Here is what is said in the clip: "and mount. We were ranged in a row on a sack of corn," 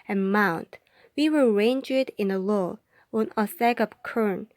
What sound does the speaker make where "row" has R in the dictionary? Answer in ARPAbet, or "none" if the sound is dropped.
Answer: L